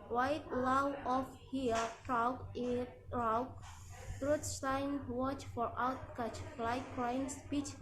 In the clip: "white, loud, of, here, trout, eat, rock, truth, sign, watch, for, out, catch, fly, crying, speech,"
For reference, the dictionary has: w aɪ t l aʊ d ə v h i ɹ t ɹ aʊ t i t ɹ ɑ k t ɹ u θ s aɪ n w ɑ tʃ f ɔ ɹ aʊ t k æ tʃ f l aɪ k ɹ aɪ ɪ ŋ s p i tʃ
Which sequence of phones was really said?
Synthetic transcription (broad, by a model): w aɪ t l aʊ ə f h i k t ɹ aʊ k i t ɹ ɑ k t ɹ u t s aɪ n w ɑ tʃ f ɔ ɹ aʊ t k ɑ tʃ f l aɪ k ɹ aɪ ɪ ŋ s p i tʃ